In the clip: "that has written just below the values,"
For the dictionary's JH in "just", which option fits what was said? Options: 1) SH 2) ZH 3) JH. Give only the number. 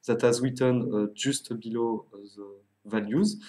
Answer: 2